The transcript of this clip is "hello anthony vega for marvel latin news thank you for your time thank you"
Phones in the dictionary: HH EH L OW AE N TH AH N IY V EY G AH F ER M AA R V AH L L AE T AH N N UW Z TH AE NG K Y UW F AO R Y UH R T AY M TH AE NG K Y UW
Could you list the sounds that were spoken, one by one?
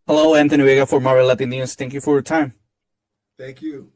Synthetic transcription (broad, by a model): HH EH L OW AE N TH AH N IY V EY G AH F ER M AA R AH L L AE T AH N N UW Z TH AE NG K Y UW F AO R Y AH R T AY M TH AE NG K Y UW